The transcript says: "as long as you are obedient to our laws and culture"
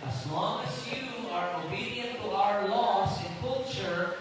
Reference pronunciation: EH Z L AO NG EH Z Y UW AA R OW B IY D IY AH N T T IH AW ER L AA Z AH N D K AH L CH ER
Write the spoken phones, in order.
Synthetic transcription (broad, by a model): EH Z L AO NG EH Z Y UW AA R OW B IY D IY AH N T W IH AW ER L AA S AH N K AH L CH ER